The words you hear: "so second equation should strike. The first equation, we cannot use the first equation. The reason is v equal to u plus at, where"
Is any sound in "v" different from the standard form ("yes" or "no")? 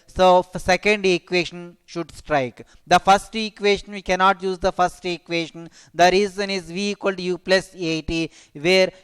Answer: no